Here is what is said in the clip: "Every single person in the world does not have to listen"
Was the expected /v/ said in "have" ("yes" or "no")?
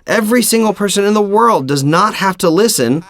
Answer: no